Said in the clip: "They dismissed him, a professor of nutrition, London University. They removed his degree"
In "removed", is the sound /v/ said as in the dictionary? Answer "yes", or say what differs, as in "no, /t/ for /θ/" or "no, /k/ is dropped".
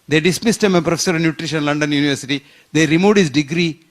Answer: no, /v/ is dropped